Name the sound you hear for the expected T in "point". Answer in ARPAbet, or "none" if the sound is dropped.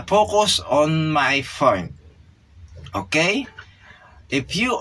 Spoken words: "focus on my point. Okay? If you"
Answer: none